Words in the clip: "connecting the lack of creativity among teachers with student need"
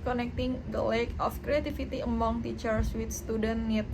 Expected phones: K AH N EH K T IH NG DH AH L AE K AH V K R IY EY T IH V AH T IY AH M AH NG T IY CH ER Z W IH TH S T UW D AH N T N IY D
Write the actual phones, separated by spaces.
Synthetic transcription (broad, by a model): K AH N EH K T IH NG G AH L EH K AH F K R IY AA T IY F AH T IY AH M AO NG T IY CH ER S W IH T S T UW D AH N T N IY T